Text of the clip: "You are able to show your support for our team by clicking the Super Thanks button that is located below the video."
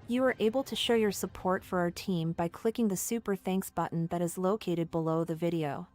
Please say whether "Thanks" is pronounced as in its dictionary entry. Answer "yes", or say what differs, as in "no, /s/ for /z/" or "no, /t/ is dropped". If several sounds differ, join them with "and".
yes